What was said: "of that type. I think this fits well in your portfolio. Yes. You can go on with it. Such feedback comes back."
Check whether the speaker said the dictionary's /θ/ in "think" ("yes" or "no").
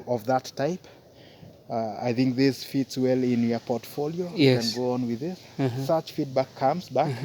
yes